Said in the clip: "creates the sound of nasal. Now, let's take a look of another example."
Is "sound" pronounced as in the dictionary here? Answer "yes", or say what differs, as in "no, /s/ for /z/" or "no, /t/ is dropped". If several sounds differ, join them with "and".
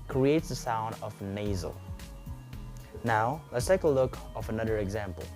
yes